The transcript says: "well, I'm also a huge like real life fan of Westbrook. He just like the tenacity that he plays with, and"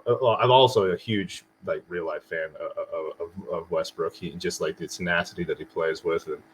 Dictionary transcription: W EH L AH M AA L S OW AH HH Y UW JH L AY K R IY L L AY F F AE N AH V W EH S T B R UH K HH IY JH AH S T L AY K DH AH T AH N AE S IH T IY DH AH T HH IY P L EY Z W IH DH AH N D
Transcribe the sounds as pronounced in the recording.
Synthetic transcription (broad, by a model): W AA AH M AA L S OW AH HH Y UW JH L AY K R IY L L AY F F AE N AH V W EH S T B R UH K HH IY JH AH S T L AY K DH AH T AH N AE S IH T IY DH AH T HH IY P L EY Z W IH DH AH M